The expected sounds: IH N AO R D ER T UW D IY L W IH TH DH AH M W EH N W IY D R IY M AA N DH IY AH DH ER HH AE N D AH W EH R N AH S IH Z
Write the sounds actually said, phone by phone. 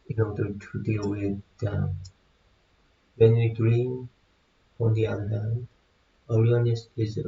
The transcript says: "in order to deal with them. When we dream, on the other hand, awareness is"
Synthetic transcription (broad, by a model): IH N AO R D ER T UW D IY L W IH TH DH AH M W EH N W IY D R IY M AA N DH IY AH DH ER HH AE N D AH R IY W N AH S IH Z